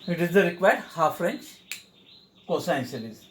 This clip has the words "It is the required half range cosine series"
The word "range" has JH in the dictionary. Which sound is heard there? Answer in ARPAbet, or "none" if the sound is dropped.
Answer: CH